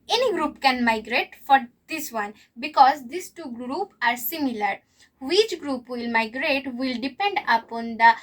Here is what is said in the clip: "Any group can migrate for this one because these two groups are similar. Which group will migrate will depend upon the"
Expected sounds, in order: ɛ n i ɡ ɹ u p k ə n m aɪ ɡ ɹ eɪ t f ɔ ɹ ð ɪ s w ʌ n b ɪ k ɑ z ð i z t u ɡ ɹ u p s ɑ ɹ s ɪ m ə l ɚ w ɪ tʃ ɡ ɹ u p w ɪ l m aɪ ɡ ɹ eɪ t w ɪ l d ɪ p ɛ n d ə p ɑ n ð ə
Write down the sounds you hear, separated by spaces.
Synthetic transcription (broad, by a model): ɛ n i ɡ ɹ u p k ə n m aɪ ɡ ɹ eɪ t f ɔ ɹ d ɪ s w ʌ n b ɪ k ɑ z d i s t u ɡ ɹ u p ɑ ɹ s ɪ m ə l ɚ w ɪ tʃ ɡ ɹ u p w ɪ l m aɪ ɡ ɹ eɪ t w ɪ l d ɪ p ɛ n d ə p ɑ n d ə